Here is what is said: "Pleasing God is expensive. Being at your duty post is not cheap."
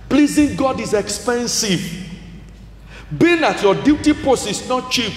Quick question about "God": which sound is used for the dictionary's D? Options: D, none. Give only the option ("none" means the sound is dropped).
D